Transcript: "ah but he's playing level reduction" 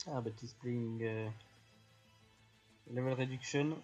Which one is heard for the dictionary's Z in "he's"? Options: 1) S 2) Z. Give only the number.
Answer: 1